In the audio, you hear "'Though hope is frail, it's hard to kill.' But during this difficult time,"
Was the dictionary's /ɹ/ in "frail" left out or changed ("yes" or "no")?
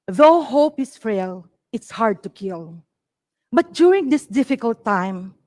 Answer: yes